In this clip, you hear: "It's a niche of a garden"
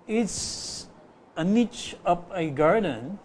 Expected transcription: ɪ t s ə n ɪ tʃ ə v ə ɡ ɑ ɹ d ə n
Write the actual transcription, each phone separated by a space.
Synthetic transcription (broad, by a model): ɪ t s ə n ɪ tʃ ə p ə ɡ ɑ ɹ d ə n